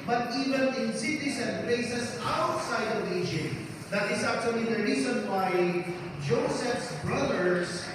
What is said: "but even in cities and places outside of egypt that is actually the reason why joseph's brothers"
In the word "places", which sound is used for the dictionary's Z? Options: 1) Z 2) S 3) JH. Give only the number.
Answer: 2